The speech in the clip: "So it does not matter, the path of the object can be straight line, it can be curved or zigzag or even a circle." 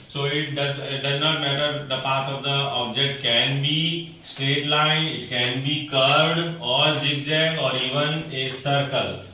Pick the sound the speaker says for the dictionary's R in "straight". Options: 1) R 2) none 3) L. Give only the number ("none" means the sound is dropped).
2